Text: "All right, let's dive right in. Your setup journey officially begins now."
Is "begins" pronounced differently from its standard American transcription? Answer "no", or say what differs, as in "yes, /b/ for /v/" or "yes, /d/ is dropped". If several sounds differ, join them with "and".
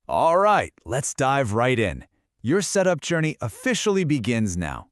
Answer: no